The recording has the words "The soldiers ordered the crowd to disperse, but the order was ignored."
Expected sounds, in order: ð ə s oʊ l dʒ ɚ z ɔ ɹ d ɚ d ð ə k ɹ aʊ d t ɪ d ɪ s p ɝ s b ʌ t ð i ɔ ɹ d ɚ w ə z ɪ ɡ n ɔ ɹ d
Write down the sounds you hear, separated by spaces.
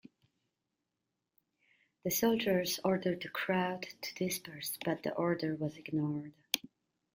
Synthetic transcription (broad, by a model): ð ə s oʊ l dʒ ɚ z ɔ ɹ d ɚ d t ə k ɹ aʊ d t ɪ d ɪ s p ɝ s b ʌ t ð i ɔ ɹ d ɚ w ə z ɪ ɡ n ɔ ɹ d